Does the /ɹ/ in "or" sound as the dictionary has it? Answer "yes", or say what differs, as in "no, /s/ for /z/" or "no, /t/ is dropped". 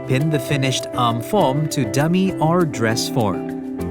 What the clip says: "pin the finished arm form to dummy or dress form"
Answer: yes